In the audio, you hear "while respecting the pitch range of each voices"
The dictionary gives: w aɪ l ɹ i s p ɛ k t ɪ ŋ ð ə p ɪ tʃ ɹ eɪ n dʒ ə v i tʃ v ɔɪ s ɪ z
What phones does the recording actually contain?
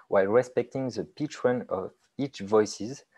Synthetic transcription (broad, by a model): w aɪ l ɹ i s p ɛ k t ɪ ŋ ð ə p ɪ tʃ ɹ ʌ n ə v i tʃ v ɔɪ s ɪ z